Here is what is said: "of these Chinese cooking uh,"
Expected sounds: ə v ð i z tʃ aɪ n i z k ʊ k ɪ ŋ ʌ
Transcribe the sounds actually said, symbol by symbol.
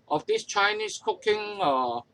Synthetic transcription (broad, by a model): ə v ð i s tʃ aɪ n i s k ʊ k ɪ ŋ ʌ